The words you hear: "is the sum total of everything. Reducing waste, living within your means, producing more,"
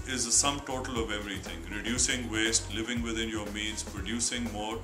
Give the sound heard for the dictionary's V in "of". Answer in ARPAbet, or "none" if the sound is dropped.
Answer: V